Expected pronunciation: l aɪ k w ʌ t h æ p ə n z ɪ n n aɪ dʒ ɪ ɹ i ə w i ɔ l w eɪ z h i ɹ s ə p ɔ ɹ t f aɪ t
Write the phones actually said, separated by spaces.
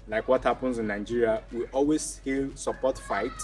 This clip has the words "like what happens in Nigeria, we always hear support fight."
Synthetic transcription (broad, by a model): l aɪ k w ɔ t h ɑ p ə n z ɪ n n aɪ dʒ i ɹ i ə w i ɔ l w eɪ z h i l s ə p ɔ t f aɪ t